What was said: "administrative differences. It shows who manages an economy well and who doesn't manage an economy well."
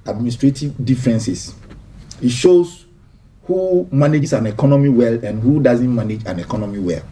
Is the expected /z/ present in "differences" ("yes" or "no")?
no